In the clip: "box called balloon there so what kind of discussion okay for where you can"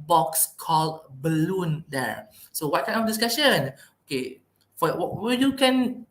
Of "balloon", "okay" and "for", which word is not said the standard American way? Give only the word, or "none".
for